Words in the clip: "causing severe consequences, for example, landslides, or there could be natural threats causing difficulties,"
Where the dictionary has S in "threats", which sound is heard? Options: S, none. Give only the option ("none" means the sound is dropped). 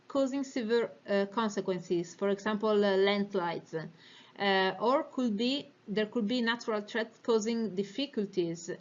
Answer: none